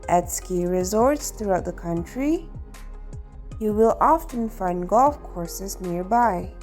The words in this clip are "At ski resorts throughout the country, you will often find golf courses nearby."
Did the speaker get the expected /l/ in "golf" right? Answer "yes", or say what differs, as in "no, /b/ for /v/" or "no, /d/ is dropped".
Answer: yes